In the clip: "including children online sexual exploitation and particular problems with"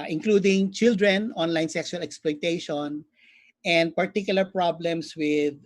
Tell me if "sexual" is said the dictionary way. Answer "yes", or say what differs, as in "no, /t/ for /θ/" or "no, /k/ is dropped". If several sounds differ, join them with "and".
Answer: no, /s/ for /ʃ/